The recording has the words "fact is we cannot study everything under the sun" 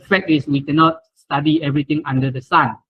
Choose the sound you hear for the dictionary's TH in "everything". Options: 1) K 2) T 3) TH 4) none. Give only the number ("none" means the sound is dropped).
2